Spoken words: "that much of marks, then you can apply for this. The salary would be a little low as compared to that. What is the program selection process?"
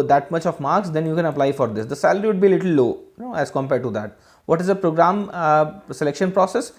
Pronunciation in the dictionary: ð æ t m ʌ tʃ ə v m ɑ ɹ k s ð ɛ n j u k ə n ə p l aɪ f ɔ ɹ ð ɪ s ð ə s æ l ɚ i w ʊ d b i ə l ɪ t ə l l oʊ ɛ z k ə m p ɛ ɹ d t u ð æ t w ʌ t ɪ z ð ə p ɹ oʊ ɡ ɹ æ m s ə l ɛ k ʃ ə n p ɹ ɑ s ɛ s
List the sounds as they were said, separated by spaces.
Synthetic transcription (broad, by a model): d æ t m ʌ tʃ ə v m ɑ ɹ k s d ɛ n j u k ə n ə p l aɪ f ɔ ɹ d ɪ s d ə s æ l ɚ i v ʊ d b i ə l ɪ t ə l n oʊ ɛ z k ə m p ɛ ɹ d t u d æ t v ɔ t ɪ z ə p ɹ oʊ ɡ ɹ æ m s ə l ɛ k ʃ ə n p ɹ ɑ s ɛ s